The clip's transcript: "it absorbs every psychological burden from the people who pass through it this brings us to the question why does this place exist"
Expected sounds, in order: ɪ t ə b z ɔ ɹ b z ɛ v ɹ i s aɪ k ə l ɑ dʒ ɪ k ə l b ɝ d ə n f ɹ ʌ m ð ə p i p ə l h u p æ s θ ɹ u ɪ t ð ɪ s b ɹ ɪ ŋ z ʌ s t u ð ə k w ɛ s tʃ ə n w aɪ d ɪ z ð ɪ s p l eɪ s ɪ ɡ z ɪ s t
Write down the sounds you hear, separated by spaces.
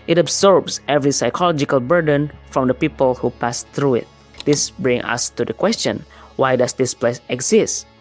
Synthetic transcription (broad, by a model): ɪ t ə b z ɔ ɹ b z ɛ v ɹ i s aɪ k ə l ɑ dʒ ɪ k ə l b ɝ d ə n f ɹ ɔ m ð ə p i p ə l h u p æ s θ ɹ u ɪ t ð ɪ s b ɹ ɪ ŋ ʌ s t u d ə k w ɛ s tʃ ə n w aɪ d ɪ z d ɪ s p l eɪ s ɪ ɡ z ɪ s t